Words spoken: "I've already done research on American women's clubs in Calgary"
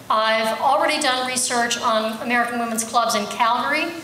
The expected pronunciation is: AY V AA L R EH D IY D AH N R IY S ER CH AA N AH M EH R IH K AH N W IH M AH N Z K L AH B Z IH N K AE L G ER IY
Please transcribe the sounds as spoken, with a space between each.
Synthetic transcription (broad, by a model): AY V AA L R EH D IY D AH N R IY S ER CH N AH M EH R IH K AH N W IH M AH N Z K L AH B Z IH N K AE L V ER IY